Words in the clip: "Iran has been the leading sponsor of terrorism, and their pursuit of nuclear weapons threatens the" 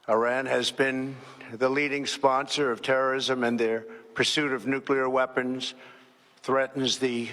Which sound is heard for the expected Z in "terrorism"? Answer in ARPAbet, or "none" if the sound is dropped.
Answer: Z